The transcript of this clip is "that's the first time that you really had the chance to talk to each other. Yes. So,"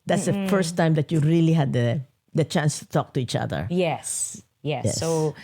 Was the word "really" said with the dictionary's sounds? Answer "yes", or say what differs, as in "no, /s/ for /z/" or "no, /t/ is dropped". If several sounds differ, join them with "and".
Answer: yes